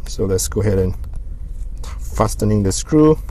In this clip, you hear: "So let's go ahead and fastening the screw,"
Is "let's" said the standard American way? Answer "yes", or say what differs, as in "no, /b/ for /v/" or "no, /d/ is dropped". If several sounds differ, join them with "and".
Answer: yes